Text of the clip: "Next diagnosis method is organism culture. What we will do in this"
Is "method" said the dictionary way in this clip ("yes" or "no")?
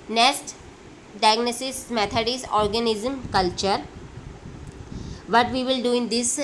no